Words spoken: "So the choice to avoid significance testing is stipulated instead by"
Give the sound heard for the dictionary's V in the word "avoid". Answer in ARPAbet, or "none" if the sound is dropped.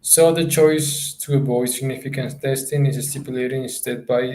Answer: B